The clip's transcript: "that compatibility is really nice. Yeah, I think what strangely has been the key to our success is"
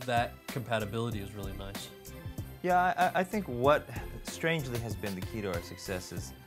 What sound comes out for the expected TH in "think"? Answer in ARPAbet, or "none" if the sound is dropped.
TH